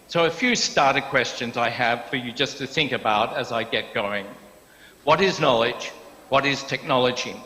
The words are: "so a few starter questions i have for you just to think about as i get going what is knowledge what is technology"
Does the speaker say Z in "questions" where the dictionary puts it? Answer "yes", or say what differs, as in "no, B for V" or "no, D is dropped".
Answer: yes